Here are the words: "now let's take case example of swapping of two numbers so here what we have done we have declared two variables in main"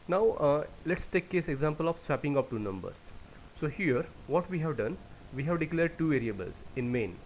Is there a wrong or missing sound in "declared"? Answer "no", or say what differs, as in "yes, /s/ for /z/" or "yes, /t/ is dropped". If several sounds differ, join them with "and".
no